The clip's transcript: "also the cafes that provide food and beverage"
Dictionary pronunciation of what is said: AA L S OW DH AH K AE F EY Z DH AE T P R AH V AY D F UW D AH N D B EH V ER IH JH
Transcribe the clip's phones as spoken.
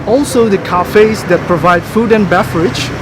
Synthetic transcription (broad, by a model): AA L S OW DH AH K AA F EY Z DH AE T P R AH V AY D F UW D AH N B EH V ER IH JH